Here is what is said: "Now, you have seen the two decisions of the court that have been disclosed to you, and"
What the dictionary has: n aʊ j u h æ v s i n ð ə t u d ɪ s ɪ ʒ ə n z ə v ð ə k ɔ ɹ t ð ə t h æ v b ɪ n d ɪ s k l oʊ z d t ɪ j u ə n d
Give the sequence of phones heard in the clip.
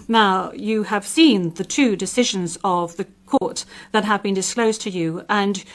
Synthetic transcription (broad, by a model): n aʊ j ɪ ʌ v s i n ð ə t u d ɪ s ɪ ʒ ə n z ə v ð ə k ɔ ɹ t ð ə t h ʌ v b ɪ n d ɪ s k l oʊ z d t ɪ j u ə n